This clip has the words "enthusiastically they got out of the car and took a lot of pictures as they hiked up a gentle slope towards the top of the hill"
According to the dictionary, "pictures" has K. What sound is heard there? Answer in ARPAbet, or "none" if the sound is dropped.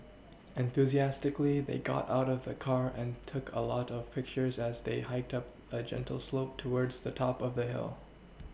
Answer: K